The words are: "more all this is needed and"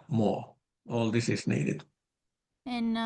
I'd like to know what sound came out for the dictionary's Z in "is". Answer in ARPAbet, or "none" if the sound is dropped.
S